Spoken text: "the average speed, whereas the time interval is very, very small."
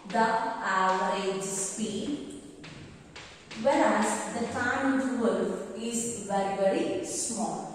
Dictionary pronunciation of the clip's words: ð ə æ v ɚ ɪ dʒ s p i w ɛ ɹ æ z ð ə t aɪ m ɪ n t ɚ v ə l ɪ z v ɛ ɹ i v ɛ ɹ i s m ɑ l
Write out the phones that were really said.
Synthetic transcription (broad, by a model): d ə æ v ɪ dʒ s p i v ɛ ɹ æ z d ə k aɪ ɪ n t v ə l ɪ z v ɛ ɹ i v ɛ ɹ i s m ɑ l